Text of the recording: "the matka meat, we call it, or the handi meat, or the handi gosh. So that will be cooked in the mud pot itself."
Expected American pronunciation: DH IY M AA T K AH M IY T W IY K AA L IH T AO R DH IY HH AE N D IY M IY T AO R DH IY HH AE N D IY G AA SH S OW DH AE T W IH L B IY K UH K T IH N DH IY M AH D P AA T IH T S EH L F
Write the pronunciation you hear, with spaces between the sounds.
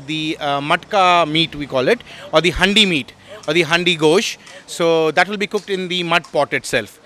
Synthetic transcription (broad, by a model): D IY M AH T K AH M IY T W IY K AA L IH T AO R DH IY HH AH N D IY M IY T AO R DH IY HH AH N D IY G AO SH S OW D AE T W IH L B IY K UH K T IH N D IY M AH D P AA T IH T S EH L F